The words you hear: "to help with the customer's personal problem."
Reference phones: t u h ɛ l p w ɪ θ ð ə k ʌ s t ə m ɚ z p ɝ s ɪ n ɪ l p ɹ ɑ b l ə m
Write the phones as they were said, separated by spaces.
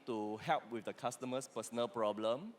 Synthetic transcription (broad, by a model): t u h ɛ l p w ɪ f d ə k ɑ s t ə m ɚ s p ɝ s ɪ n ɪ l p ɹ ɑ b l ə m